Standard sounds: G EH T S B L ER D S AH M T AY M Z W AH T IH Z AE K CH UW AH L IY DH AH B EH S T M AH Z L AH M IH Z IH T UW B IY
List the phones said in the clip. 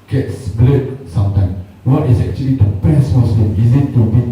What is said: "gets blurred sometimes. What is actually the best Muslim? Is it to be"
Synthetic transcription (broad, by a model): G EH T S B L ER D S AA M T AY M W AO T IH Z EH K CH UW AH L IY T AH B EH S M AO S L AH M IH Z IH T UW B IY